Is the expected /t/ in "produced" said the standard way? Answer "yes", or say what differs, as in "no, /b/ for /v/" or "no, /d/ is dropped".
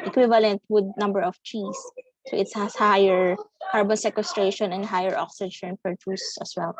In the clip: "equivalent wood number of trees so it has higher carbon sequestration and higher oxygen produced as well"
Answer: no, /t/ is dropped